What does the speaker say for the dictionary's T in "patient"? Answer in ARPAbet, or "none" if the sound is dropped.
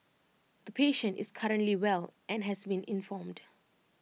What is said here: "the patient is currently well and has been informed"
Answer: T